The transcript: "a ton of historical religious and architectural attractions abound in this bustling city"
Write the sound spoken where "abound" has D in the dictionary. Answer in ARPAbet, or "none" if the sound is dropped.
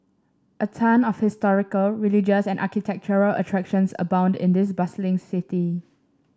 D